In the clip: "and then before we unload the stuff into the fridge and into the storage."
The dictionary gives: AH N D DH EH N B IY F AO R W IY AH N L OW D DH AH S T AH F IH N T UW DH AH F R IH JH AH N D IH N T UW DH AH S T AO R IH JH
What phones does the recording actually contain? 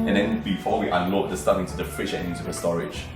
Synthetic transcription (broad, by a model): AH N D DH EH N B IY F AO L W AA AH L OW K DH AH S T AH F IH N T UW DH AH F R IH SH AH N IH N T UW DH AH S T AO R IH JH